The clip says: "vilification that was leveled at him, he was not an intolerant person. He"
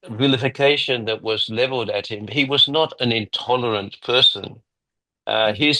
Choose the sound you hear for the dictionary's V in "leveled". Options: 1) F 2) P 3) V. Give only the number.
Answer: 3